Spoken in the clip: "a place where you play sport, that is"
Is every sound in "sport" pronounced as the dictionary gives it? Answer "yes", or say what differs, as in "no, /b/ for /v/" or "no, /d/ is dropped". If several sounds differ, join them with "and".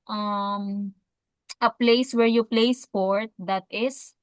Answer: yes